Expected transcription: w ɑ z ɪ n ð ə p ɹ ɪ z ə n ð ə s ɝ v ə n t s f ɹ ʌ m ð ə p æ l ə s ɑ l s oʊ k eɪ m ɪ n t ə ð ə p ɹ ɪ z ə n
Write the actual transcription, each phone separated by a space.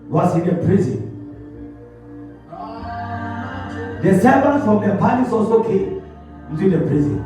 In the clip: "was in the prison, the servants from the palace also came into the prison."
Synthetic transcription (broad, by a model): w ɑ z ɪ n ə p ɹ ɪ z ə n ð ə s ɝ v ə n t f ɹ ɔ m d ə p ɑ n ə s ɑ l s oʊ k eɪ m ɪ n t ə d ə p ɹ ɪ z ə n